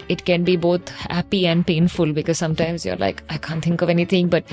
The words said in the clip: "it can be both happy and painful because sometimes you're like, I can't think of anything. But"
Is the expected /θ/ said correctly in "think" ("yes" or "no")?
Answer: no